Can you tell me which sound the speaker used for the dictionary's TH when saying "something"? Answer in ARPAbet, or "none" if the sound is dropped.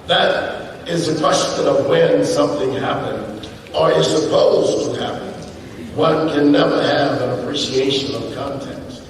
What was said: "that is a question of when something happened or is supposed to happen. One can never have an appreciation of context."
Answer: TH